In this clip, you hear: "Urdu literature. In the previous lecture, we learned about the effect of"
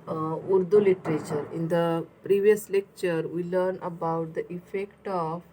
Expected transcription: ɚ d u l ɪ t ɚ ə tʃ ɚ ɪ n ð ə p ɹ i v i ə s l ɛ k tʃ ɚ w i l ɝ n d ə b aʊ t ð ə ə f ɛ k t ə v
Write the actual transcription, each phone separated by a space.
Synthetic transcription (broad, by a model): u d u l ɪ t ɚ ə tʃ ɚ ɪ n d ə p ɹ i v i ə s l ɛ k tʃ ɚ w i l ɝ n ə b aʊ t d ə ə f ɛ k t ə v